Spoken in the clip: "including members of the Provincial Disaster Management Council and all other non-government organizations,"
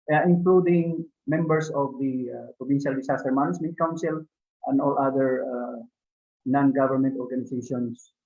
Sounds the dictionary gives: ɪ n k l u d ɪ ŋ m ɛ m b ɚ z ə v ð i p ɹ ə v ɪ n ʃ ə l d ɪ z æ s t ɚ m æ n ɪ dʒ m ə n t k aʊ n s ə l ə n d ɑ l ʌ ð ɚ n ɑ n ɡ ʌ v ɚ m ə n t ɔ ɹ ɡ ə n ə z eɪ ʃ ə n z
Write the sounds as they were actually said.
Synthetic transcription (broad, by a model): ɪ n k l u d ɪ ŋ m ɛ m b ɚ s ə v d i p ɹ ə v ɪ n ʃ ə l d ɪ s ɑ s t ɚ m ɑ n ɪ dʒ m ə n t k aʊ n s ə l ə n d ɑ l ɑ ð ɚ n ɑ n ɡ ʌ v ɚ m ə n t ɔ ɹ ɡ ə n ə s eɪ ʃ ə n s